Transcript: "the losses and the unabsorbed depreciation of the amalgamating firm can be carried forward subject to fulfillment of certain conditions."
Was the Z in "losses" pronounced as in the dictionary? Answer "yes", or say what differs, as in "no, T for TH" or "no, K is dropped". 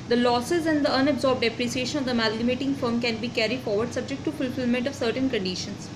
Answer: yes